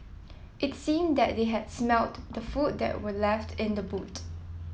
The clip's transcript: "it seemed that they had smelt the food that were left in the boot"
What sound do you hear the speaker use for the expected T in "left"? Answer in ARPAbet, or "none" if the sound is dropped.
T